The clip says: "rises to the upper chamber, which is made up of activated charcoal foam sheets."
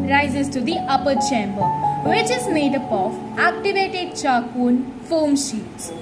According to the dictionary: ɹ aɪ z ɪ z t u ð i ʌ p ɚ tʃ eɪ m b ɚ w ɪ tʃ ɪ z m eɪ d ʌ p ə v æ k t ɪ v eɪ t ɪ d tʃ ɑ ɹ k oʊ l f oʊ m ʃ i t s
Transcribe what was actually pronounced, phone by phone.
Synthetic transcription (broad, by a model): ɹ aɪ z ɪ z t u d i ʌ p ɚ tʃ eɪ m b ɚ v ɪ tʃ ɪ z m eɪ d ʌ p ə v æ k t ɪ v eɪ t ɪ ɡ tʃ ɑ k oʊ n f oʊ m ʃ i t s